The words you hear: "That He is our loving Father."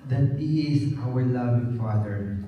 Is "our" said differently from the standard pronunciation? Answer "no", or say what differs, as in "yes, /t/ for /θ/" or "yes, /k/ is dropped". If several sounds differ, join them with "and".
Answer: yes, /w/ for /ɹ/